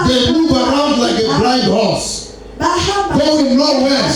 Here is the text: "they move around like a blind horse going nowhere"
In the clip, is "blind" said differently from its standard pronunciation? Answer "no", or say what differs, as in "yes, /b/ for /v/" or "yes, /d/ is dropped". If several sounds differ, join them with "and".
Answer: yes, /n/ is dropped